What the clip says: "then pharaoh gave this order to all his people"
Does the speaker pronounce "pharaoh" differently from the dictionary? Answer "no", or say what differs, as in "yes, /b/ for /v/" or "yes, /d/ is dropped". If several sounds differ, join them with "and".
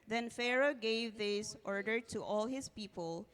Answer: no